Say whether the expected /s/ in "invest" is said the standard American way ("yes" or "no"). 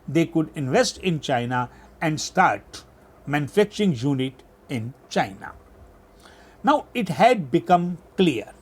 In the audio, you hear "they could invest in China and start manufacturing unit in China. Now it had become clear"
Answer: yes